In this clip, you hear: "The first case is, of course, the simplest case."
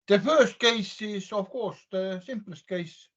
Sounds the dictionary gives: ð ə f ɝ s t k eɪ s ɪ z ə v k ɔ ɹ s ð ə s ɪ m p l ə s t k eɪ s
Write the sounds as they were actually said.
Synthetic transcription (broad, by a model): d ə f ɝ s t k eɪ s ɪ s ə f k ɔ s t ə s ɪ m p l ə s t k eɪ s